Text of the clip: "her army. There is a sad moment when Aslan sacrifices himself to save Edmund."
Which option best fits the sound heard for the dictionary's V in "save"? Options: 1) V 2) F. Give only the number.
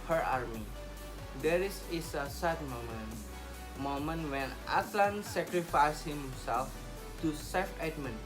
2